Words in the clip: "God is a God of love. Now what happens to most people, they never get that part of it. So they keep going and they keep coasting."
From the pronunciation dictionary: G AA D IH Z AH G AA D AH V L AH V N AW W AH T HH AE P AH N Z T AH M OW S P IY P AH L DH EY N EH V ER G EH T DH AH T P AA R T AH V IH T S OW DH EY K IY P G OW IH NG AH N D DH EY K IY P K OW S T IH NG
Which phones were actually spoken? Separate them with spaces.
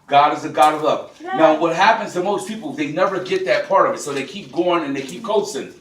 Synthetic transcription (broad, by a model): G AA D IH Z AH G AA D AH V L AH P N AW W AH T HH AE P AH N Z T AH M OW S P IY P L DH EY N EH V ER G EH T DH AH T P AA R T AH V IH T S OW DH EY K IY P G OW IH NG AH N DH EY K IY P K OW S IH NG